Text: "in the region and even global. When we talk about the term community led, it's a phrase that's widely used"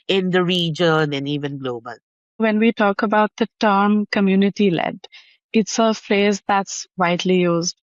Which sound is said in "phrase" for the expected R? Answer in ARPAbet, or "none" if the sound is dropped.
L